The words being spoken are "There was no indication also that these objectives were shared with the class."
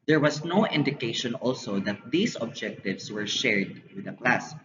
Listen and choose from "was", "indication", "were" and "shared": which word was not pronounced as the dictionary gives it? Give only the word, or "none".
was